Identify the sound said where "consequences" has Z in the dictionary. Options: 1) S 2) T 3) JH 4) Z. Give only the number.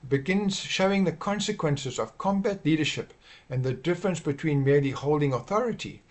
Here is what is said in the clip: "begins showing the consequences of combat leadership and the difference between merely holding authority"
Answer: 4